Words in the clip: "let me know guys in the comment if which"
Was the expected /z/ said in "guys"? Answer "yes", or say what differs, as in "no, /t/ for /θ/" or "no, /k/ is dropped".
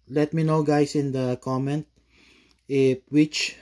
no, /s/ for /z/